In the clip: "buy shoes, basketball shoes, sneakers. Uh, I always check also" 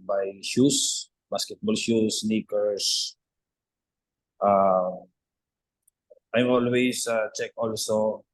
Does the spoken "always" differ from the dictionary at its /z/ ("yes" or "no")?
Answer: yes